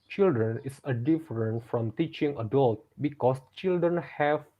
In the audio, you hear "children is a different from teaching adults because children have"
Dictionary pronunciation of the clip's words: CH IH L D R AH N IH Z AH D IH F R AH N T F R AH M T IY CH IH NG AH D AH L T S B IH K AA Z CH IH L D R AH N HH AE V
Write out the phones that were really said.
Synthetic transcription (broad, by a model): CH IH L D R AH N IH S AH D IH F R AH N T F R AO M T IY CH IH NG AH D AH L T B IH K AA S CH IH L D R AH N HH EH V